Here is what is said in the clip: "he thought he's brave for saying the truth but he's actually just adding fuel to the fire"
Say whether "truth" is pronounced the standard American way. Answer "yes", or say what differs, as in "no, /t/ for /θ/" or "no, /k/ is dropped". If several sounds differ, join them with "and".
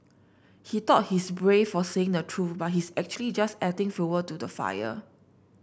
no, /f/ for /θ/